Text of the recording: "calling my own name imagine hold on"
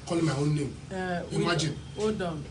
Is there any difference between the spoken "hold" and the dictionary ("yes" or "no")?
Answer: yes